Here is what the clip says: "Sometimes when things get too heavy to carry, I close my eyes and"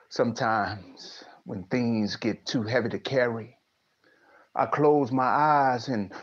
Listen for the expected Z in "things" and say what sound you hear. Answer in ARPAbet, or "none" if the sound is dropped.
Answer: Z